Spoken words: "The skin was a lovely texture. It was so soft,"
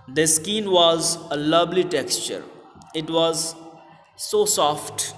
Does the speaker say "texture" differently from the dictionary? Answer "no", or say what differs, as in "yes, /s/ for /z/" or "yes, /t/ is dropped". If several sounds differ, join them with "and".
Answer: no